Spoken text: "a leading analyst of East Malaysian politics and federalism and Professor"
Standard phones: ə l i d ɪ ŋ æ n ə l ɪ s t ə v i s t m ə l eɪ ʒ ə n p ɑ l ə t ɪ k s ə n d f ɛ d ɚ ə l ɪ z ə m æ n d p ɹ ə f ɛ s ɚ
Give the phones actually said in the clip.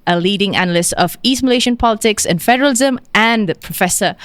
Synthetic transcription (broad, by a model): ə l i d ɪ ŋ æ n ə l ɪ s t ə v i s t m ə l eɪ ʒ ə n p ɑ l ə t ɪ k s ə n f ɛ d ɚ ə l ɪ z ə m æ n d p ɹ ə f ɛ s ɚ